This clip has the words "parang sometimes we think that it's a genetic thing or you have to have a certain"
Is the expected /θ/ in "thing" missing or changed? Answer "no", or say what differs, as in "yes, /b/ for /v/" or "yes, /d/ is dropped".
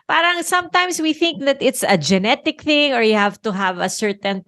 no